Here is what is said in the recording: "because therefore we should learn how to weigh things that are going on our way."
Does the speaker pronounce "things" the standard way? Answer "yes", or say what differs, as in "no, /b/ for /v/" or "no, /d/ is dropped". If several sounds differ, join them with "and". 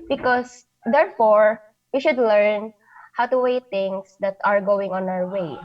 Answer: no, /t/ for /θ/